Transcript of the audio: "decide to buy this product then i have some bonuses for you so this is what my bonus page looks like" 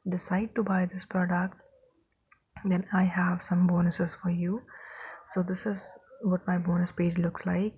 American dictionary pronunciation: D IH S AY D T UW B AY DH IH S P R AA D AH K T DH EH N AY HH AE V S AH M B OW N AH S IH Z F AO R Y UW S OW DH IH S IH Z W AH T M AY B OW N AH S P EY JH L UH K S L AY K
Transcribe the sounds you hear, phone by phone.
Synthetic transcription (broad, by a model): D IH S AY D T UW B AY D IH S P R AA D AH K T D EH N AY HH AE V S AH M B OW N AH S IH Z F AO R Y UW S OW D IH S IH Z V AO T M AY B OW N AH S P EY JH L UH K S L AY K